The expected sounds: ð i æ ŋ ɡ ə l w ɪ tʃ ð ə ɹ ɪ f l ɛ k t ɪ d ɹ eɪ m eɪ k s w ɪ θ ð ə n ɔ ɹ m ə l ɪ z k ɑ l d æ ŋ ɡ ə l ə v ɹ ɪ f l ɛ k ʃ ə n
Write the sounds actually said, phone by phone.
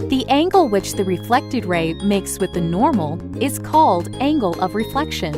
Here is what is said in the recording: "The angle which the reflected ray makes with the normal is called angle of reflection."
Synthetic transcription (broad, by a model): ð i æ ŋ ɡ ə l w ɪ tʃ ð ə ɹ ɪ f l ɛ k t ɪ d ɹ eɪ m eɪ k s w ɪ ð ə n ɔ ɹ m l ɪ z k ɑ l d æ ŋ ɡ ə l ə v ɹ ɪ f l ɛ k ʃ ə n